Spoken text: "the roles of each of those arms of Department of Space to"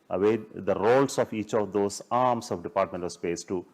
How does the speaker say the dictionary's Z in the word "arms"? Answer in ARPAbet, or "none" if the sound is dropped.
S